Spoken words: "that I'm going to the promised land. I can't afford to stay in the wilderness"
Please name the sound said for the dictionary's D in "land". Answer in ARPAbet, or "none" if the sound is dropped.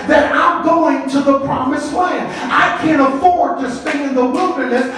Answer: none